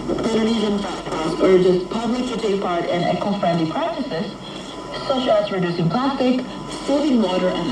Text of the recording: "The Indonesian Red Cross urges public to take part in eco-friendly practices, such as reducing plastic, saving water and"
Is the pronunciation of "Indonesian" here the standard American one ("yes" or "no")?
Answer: no